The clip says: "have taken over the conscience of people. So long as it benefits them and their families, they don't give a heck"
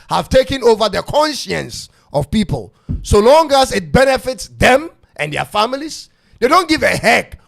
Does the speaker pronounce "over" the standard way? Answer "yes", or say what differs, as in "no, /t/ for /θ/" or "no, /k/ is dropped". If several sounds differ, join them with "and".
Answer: yes